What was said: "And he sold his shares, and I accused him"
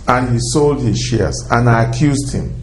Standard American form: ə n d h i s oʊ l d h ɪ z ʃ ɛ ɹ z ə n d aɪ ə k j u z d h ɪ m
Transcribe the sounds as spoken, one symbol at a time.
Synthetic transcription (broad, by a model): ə n h i s oʊ l d h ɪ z ʃ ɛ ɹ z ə n aɪ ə k j u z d h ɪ m